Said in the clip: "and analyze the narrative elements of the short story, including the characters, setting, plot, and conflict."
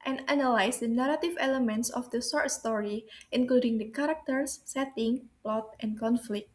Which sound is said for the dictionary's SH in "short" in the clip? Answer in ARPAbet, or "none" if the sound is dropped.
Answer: S